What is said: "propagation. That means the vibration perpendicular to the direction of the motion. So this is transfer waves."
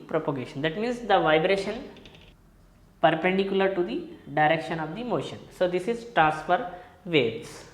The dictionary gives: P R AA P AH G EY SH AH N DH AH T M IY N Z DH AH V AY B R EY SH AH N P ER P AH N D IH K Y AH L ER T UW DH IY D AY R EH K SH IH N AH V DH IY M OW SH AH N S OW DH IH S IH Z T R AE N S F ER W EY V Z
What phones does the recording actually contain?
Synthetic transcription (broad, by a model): P R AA P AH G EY SH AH N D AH T M IY N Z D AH V AY B R EY SH AH N P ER P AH N D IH K Y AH L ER T UW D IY D AY R EH K SH IH N AH V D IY M OW SH AH N S OW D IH S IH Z T R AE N S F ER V EY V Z